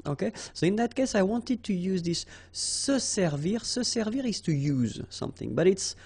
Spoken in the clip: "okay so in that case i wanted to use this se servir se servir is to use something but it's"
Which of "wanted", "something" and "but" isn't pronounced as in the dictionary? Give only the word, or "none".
none